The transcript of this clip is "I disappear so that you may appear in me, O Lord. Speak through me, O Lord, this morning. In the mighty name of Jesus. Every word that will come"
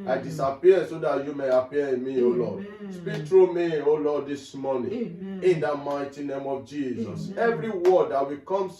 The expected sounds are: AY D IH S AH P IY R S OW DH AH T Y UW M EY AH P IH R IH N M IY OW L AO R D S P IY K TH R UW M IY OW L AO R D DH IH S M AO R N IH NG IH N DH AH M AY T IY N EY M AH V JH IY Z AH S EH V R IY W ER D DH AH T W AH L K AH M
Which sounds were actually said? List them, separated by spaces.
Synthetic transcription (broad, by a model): AY D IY S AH P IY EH S OW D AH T Y UW M EY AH P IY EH IH N M IY OW L AO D S P IY K T R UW M IY OW L AO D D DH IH S M AO N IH IH N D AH M AY T IY N EY M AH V JH IY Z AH S EH V R IY W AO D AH T W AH K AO M